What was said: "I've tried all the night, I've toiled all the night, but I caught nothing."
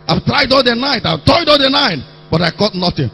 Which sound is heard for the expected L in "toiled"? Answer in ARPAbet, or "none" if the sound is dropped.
none